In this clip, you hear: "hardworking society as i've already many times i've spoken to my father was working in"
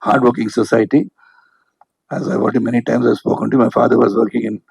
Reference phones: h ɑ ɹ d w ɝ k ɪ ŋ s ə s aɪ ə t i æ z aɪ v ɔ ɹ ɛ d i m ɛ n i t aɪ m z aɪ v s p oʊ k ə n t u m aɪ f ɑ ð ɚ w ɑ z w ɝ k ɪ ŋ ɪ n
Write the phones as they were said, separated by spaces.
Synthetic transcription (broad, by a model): h ɑ ɹ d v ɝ k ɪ ŋ s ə s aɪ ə t i æ z aɪ v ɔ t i m ɛ n i t aɪ m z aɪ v s p oʊ k ə n t u m aɪ f ɑ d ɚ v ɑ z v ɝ k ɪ ŋ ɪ n